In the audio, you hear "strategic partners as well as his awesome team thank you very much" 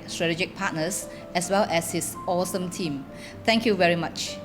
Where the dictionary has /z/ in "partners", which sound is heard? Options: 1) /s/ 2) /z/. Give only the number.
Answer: 1